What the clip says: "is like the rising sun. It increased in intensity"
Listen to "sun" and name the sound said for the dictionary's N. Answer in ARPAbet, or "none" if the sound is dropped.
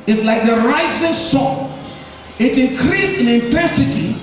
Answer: none